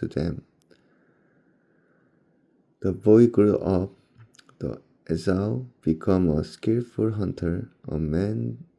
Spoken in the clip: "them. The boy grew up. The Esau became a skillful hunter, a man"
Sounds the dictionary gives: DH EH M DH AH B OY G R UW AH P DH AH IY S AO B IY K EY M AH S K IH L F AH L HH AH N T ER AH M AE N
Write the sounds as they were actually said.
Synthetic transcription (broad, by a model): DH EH M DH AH B OY G R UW AH P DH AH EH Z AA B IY K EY M AH S K IH L F AH L HH AH N T ER AH M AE N